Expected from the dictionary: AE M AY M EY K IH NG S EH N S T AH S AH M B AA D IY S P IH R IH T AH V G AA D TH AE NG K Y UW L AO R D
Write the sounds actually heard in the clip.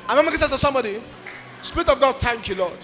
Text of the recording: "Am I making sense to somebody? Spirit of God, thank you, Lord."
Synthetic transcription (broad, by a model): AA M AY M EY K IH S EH S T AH S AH M B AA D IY S P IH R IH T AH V G AA D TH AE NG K Y UW L AO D